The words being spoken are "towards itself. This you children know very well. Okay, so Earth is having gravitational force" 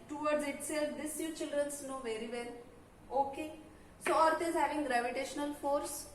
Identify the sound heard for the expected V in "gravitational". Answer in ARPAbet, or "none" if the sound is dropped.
V